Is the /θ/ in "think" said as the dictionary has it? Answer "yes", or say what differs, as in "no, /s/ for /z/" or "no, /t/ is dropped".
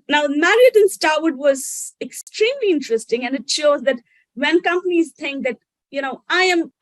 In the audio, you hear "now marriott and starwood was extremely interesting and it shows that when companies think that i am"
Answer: no, /t/ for /θ/